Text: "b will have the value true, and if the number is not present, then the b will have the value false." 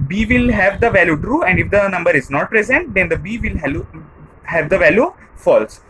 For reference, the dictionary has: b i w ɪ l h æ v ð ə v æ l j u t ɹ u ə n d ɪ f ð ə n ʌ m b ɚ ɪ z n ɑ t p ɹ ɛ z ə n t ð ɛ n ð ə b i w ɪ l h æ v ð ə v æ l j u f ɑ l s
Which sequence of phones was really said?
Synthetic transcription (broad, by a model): b i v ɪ l h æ v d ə v æ l j u t ɹ u ə n d ɪ f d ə n ʌ m b ɚ ɪ z n ɑ t p ɹ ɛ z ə n t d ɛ n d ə b i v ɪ l h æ v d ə v æ l j u f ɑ l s